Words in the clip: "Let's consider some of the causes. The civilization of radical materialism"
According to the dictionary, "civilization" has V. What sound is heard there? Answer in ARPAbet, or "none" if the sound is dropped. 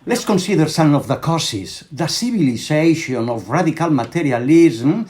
B